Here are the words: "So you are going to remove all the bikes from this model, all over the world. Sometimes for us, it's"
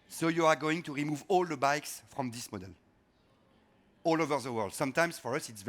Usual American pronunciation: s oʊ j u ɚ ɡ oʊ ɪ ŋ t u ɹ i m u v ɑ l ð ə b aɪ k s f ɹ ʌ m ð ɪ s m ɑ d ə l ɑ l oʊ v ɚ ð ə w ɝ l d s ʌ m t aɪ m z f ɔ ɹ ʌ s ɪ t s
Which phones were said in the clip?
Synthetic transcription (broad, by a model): s oʊ j u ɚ ɡ oʊ ɪ ŋ t u ɹ i m u v ɑ l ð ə b aɪ k s f ɹ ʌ m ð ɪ s m ɑ d ə l ɑ l oʊ v ɚ ð ə w ɝ l d s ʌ m t aɪ m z f ɔ ɹ ʌ s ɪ t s